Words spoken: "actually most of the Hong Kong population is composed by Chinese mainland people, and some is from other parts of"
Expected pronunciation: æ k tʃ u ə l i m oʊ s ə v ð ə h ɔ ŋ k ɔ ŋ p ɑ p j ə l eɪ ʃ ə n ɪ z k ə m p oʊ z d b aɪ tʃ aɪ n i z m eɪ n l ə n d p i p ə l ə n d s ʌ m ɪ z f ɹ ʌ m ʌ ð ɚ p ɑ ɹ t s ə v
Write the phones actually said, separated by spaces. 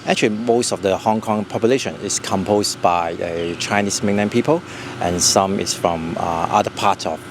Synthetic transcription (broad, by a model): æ k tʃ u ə l i m oʊ s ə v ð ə h ɔ ŋ k ɔ ŋ p ɑ p j ə l eɪ ʃ ə n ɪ s k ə m p oʊ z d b aɪ tʃ aɪ n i s m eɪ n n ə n p i p ə l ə n s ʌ m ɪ s f ɹ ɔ m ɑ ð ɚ p ɑ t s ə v